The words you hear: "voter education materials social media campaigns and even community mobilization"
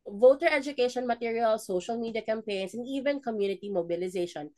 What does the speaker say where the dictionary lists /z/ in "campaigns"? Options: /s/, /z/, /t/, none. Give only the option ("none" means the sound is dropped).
/s/